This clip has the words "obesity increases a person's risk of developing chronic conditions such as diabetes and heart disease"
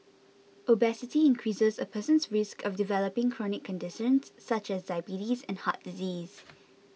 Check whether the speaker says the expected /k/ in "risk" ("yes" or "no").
yes